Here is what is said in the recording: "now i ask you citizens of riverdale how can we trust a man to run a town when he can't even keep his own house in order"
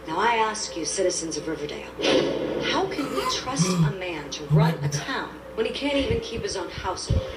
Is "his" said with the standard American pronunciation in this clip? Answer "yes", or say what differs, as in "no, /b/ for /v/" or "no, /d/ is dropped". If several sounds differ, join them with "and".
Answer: yes